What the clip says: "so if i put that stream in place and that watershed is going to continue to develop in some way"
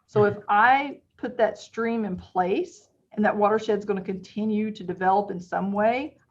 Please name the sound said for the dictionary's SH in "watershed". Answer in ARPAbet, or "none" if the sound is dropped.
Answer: SH